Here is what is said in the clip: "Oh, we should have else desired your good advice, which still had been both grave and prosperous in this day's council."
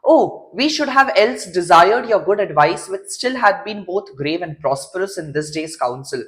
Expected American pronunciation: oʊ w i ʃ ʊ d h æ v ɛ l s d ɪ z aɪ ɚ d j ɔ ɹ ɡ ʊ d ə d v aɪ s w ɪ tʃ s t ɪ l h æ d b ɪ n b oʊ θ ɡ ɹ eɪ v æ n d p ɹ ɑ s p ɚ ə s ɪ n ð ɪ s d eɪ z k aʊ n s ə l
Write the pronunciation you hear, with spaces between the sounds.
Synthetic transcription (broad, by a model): oʊ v i ʃ ʊ d h æ v ɛ l s d ɪ z aɪ ɚ d j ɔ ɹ ɡ ʊ d ə d v aɪ s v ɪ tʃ s t ɪ l h æ d b ɪ n b oʊ t ɡ ɹ eɪ v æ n d p ɹ ɑ s p ɚ ə s ɪ n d ɪ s d eɪ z k aʊ n s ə l